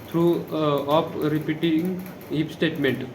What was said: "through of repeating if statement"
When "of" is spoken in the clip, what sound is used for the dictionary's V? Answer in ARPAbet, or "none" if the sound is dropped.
P